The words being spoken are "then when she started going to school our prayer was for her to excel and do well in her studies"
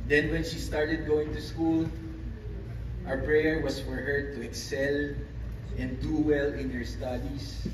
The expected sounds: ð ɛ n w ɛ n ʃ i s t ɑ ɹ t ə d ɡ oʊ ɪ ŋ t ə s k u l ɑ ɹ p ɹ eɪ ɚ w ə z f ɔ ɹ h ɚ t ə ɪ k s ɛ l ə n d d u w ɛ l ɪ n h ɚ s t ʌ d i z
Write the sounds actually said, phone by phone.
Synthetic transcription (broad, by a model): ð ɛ n w ɛ n ʃ i s t ɑ ɹ t ə d ɡ oʊ ɪ ŋ t ə s k u l ɑ ɹ p ɹ eɪ ɚ w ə s f ɔ ɹ h ɚ t ə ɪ k s ɛ l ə n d d u w ɛ l ɪ n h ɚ s t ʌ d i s